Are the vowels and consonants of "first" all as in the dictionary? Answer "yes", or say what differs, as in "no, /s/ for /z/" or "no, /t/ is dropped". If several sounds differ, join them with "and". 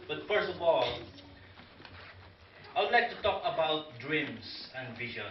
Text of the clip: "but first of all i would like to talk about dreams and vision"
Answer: yes